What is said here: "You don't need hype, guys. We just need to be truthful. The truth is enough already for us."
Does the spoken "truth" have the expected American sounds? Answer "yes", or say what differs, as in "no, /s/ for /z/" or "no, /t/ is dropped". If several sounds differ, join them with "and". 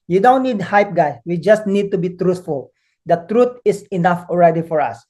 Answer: no, /t/ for /θ/